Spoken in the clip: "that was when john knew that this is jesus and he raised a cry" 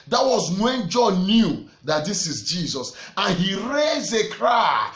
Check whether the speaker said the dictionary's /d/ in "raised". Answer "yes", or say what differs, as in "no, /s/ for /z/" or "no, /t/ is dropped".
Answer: no, /d/ is dropped